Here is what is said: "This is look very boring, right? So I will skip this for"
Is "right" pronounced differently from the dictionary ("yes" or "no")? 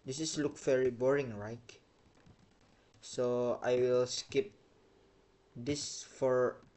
no